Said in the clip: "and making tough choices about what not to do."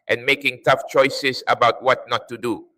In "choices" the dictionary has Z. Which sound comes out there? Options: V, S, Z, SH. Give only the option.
S